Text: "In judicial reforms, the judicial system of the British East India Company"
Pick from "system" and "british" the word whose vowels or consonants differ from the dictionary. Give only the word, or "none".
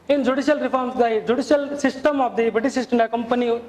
british